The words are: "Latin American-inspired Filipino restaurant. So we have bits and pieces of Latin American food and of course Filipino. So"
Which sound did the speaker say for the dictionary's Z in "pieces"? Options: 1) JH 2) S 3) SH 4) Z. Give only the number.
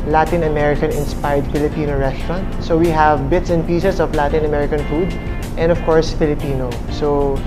2